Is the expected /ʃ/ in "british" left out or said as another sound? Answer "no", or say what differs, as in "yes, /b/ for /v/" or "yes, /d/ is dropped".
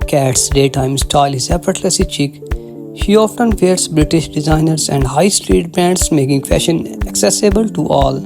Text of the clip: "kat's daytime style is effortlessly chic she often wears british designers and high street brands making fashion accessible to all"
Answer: no